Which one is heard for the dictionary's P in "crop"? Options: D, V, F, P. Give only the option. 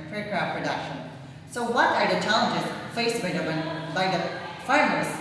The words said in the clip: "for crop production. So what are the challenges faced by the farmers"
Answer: F